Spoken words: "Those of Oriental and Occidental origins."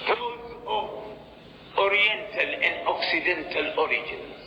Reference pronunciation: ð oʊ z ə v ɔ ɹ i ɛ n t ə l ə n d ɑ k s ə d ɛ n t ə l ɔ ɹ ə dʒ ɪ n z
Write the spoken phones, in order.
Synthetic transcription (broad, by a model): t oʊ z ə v ɔ ɹ i ɛ n t ə l ə n d ɑ k s ə d ɛ n t ə l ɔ ɹ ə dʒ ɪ n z